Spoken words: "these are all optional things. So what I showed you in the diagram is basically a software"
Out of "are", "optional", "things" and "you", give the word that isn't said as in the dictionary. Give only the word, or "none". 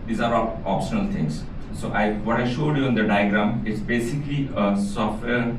things